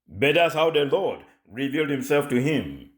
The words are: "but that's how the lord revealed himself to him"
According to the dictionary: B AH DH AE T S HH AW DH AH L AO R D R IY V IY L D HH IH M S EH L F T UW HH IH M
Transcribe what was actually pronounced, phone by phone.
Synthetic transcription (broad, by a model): B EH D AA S HH AW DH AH L AO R D R IY V IY L D HH IH M S EH L F T UW HH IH M